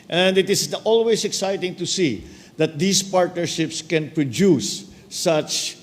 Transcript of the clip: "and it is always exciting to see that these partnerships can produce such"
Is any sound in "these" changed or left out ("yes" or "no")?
yes